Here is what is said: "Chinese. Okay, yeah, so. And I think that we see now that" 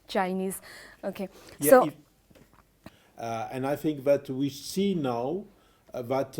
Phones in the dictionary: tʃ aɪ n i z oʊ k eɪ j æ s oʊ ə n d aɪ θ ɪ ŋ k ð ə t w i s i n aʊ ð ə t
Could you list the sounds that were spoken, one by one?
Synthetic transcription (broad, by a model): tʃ aɪ n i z oʊ k eɪ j s oʊ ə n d aɪ θ ɪ ŋ k ð ə t w i s i n aʊ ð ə t